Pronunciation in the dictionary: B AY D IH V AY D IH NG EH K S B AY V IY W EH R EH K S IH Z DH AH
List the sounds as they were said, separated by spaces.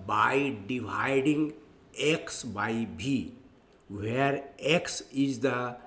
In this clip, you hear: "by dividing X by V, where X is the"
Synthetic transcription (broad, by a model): B AY D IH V AY D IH NG EH K S B AY B IY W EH R EH K S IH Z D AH